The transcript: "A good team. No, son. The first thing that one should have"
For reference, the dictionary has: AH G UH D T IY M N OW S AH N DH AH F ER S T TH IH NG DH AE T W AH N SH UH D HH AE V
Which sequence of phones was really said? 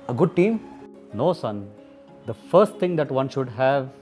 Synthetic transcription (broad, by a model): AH G UH D T IY M N OW S AH N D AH F ER S T T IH NG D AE T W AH N SH UH D HH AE V